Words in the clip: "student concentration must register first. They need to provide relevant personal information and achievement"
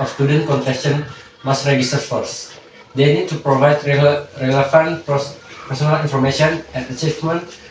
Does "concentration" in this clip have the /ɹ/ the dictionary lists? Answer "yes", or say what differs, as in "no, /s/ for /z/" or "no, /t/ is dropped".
no, /ɹ/ is dropped